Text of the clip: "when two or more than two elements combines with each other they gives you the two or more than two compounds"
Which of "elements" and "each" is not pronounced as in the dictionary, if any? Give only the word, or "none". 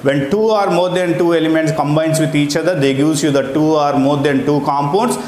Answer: none